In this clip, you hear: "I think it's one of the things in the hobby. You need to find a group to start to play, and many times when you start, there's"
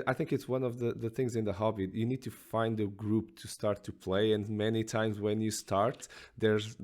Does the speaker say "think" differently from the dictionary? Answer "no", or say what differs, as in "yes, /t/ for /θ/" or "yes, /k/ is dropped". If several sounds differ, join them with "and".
no